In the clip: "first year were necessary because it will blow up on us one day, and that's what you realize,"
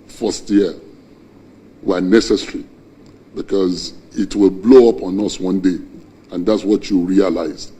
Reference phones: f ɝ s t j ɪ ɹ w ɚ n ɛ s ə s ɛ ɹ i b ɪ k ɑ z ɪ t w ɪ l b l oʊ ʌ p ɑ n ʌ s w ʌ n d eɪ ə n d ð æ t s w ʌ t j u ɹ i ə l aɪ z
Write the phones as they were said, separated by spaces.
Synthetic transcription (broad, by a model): f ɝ s t j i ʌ w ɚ n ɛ s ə s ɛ ɹ i b ɪ k ɑ z ɪ t w ɪ l b l oʊ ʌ p ɑ n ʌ s w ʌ n d eɪ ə n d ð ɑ t s w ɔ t j u ɹ i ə l aɪ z